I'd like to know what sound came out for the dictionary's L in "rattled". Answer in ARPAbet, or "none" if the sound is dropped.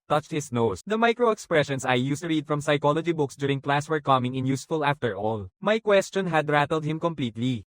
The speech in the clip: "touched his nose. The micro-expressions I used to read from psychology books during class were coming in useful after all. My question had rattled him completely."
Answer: L